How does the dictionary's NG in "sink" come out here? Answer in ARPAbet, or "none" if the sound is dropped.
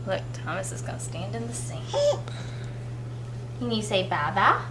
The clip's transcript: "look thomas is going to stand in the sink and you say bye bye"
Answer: none